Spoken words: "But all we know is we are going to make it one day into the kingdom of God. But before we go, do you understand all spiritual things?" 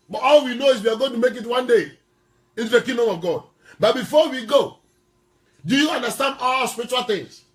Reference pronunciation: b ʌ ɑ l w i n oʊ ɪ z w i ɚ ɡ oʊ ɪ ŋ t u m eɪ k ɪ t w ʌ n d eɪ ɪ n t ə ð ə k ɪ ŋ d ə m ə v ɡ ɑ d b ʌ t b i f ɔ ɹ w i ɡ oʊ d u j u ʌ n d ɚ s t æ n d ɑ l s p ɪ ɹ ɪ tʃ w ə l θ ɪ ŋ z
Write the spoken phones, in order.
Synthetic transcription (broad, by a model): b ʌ ɑ l w i n oʊ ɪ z w i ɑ ɡ oʊ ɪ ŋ t u m eɪ k ɪ t w ʌ n d eɪ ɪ t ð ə k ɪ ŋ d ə m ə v ɡ ɑ d b ʌ t b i f ɔ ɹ w i ɡ oʊ d u j u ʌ n d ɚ s t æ n d ɑ l s p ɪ ɹ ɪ tʃ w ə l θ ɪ ŋ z